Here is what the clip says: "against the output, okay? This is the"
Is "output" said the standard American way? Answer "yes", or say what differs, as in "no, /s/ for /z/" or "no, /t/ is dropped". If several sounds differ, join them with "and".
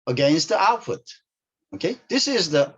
no, /f/ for /p/